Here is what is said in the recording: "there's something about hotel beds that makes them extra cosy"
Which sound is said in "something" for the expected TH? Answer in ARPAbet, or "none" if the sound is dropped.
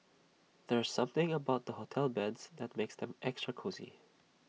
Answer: TH